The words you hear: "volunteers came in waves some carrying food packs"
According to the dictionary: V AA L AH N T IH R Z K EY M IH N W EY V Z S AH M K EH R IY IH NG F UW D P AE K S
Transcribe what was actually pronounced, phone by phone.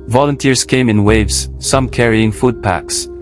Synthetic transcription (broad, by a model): V AA L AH N T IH R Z K EY M IH N W EY V Z S AH M K EH R IY IH NG F UW D P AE K S